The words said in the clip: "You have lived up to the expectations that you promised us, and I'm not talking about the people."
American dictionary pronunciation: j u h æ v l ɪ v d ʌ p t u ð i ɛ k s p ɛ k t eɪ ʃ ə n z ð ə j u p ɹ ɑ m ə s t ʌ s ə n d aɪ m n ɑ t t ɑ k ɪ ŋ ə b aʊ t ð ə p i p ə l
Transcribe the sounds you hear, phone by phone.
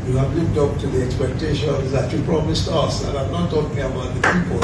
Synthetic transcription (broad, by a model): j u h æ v l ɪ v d ʌ p t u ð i ɛ k s p ɛ k t eɪ ʃ ə n z ð ə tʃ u p ɹ ɑ m ə s t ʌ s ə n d aɪ m n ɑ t t ɑ k ɪ ŋ ə b aʊ t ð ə p i p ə l